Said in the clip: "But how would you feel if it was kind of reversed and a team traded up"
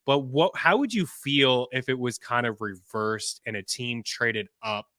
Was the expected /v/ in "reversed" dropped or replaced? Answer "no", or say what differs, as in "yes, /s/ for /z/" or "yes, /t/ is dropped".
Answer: no